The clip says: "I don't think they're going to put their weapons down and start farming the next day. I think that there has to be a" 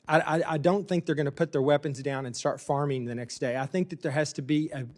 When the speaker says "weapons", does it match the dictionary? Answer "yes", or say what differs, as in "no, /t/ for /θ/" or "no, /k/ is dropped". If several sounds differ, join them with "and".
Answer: yes